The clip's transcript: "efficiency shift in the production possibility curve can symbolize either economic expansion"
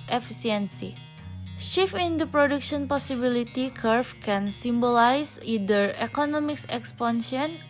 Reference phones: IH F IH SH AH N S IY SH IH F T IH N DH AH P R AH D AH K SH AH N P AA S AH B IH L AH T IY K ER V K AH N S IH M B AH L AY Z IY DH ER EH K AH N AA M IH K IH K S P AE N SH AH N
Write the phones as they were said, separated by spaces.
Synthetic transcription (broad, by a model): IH F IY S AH N S IY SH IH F IH N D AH P R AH D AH K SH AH N P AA S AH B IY L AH T IY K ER F K AH N S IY M B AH L AY S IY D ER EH K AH N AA M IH K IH K S P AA N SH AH N